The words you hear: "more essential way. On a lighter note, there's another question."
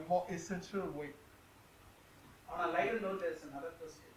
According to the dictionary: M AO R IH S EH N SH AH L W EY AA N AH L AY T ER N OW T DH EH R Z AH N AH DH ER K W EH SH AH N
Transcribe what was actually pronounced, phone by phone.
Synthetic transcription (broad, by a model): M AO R IH S EH N SH AH L W EY AA N AH L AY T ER L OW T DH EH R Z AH N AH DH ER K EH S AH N